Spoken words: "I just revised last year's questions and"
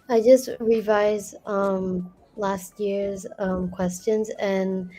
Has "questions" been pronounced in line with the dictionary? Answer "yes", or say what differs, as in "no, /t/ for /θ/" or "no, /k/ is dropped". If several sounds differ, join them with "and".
yes